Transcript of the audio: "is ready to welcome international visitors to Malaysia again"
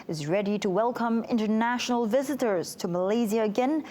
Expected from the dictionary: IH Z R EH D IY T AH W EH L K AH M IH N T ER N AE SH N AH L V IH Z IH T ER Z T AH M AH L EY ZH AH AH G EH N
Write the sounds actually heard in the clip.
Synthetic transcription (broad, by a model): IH Z R EH D IY T AH W EH L K AH M IH N T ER N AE SH N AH L V IH Z IH T ER Z T AH M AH L EY Z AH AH G EH N